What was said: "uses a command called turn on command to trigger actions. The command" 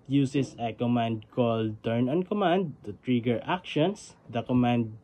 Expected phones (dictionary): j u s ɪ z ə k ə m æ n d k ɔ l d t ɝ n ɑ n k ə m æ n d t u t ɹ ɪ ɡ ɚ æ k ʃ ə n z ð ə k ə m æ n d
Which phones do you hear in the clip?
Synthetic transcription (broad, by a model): j u s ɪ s ə k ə m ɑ n d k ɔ l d t ɝ n ɑ n k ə m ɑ n d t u t ɹ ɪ ɡ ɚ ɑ k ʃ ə n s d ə k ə m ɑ n d